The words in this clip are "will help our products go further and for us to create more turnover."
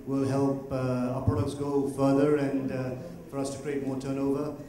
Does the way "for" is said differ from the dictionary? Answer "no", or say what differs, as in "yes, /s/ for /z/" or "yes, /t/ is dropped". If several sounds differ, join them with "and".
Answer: no